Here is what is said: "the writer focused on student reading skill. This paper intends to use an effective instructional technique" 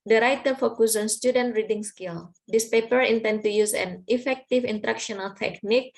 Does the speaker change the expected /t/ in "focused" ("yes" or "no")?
yes